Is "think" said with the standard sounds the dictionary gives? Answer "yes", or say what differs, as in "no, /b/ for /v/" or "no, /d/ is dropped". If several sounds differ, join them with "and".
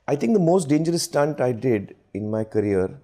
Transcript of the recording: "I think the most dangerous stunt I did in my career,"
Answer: no, /t/ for /θ/